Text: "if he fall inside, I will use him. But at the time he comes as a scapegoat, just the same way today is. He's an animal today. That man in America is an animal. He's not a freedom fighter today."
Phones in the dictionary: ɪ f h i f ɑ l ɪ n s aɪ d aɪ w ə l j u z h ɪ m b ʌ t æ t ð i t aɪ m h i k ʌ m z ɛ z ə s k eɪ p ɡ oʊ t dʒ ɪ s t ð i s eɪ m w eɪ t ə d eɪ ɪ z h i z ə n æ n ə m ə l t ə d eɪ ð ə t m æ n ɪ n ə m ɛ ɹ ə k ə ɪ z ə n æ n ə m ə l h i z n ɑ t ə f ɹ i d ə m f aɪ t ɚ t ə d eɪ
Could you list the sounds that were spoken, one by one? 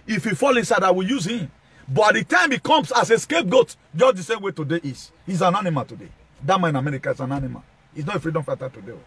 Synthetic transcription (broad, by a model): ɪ f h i f ɑ l ɪ n s aɪ d aɪ w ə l j u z h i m b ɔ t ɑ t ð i t aɪ m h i k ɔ m s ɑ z ə s k eɪ p ɡ oʊ t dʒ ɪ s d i s eɪ m w eɪ t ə d eɪ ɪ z h i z ə n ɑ n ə m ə l t ə d eɪ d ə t m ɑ ɪ n ə m ɛ ɹ ə k ə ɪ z ə n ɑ n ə m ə l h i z n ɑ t ə f ɹ i d ə m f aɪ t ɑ t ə d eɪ